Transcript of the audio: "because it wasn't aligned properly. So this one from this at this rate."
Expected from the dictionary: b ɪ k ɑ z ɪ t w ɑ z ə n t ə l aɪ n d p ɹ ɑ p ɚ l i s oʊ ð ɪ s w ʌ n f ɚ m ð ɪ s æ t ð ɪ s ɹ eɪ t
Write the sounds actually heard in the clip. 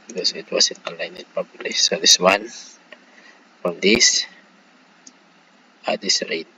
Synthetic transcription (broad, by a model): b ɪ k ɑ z ɪ t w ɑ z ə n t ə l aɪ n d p ɑ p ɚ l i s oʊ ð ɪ s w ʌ n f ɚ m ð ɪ s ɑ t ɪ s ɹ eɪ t